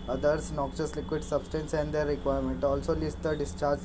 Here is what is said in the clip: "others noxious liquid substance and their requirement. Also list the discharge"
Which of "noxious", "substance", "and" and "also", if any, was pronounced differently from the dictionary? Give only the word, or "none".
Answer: noxious